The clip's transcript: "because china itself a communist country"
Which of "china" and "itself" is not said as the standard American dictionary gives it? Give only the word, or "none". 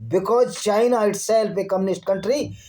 itself